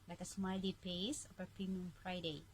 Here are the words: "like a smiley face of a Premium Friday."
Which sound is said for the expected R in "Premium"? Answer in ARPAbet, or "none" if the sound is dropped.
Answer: none